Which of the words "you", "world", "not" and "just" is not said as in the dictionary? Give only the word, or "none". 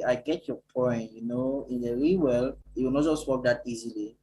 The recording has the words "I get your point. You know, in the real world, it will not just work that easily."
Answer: world